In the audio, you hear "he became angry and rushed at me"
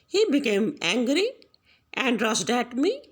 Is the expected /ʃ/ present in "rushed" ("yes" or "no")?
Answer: no